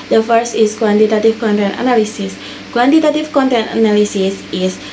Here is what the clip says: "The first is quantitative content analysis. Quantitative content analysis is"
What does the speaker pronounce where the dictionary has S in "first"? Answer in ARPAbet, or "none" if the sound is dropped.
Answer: S